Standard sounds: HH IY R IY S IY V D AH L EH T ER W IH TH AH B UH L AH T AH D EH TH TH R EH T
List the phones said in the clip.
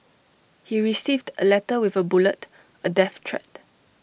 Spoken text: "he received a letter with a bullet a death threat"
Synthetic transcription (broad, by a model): HH IY R IY S IY V D AH L EH T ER W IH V AH B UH L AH T AH D EH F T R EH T